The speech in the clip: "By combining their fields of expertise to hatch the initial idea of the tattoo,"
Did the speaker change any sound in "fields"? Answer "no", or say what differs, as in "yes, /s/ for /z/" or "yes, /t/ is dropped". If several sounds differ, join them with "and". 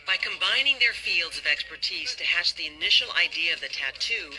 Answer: no